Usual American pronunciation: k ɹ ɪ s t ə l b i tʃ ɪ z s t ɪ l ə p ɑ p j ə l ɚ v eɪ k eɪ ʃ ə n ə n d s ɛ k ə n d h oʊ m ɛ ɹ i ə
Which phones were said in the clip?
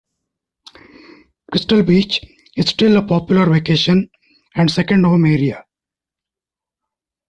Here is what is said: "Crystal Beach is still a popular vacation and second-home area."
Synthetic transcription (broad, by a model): k ɹ ɪ s t ə l b i tʃ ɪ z s t ɪ l ə p ɑ p j ə l ɚ v eɪ k eɪ ʃ ə n ə n d s ɛ k ə n d h oʊ m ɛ ɹ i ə